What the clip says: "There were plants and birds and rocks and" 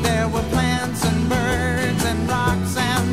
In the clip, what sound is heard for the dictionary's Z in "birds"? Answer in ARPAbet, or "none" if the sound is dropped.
Z